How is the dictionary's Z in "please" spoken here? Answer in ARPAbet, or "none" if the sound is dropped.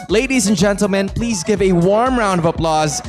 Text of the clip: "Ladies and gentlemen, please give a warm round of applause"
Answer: Z